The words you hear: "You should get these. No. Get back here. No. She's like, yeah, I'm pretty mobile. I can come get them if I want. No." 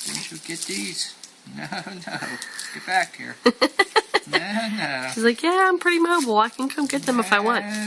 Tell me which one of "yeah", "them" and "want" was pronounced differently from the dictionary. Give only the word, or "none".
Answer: none